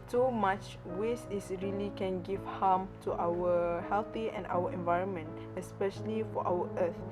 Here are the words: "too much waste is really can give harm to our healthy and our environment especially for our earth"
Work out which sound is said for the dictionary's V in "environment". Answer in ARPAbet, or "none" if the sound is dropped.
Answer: V